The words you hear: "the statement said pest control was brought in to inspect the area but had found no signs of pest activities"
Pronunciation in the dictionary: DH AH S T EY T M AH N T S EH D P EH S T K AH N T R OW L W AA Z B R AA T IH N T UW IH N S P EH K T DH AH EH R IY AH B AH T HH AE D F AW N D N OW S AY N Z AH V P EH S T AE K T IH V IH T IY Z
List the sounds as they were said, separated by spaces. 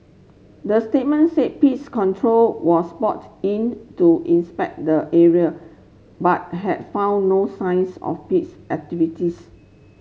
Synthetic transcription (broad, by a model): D AH S T EY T M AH N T S EH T P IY S K AH N T R OW L W AA S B AA T IH N T UW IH N S P EH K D AH EH R IY AH B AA T HH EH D F AW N N OW S AY N S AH F P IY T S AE K T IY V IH T IY S